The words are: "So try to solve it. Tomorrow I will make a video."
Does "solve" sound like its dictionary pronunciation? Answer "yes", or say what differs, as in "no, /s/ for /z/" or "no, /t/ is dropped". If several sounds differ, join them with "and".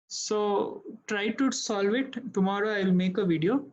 yes